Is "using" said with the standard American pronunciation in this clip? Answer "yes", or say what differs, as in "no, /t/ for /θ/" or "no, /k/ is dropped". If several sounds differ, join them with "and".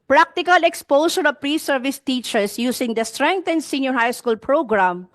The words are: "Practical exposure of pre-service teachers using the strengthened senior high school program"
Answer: no, /s/ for /z/